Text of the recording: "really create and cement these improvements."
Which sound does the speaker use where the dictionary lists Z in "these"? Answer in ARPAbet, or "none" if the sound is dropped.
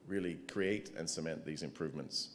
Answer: Z